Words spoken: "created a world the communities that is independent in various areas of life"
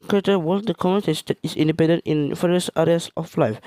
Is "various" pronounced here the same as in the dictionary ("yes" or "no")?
no